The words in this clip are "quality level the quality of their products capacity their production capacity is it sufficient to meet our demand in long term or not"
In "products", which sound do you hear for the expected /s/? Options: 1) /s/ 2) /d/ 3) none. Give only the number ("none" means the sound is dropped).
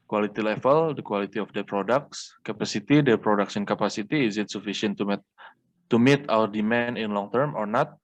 1